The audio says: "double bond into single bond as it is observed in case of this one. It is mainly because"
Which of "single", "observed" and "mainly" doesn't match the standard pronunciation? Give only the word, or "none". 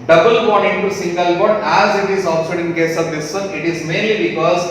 observed